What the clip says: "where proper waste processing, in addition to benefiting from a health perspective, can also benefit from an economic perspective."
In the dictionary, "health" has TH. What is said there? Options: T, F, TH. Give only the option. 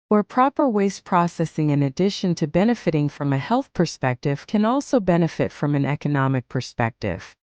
TH